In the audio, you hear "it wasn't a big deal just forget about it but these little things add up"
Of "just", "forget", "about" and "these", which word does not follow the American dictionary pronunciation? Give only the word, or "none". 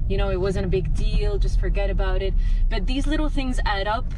none